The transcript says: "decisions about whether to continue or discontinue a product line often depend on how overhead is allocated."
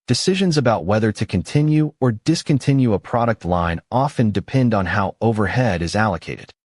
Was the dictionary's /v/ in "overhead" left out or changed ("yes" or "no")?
no